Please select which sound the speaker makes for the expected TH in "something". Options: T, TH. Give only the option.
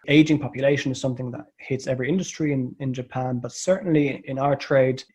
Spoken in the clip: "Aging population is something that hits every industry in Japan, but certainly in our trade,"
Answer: TH